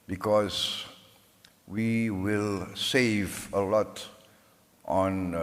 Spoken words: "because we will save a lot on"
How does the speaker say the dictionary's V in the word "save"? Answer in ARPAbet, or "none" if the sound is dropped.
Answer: V